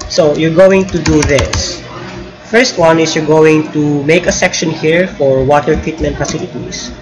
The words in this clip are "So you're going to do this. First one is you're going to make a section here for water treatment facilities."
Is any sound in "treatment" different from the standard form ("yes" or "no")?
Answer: no